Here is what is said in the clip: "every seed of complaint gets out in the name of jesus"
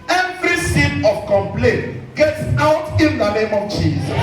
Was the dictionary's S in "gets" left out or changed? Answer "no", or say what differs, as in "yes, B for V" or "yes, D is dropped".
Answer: no